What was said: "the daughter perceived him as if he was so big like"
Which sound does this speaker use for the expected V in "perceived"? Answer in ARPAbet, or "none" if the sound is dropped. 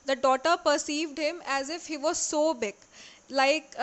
V